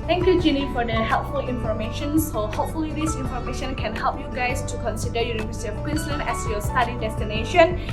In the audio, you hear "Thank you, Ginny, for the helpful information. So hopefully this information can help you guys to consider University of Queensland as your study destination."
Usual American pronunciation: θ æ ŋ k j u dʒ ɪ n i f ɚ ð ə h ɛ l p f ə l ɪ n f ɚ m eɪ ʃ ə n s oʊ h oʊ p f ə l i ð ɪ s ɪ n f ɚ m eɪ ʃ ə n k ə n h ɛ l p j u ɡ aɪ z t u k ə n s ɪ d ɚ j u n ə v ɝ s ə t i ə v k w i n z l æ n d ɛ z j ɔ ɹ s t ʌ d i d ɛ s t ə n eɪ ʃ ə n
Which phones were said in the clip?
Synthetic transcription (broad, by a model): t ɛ ŋ k j u dʒ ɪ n i f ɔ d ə h ɛ l p f ə l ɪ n f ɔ m eɪ ʃ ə n s oʊ h oʊ p f ə l i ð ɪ s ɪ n f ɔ m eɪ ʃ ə n k ə n h ɛ l p j u ɡ aɪ s t u k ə n s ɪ d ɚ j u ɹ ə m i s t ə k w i n s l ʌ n ɛ s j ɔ s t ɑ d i d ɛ s t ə n eɪ ʃ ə n